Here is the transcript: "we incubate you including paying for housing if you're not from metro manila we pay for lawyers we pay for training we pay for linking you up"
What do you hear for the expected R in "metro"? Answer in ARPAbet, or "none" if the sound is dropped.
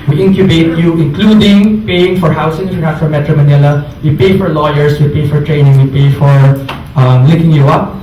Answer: R